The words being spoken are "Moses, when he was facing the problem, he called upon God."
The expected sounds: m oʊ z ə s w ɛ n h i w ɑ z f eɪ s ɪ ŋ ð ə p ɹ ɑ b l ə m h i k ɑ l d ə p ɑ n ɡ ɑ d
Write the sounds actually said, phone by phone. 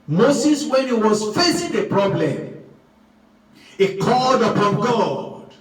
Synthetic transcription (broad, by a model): m oʊ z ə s w ɛ n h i w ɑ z f eɪ s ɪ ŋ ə p ɹ ɑ b l ə m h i k ɑ l d ə p ɑ n ɡ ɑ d